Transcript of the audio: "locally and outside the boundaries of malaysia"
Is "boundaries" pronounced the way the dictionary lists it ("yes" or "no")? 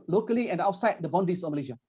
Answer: no